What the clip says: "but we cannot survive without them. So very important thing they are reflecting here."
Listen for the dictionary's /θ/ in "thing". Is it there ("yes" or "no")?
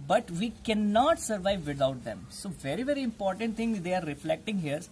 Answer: no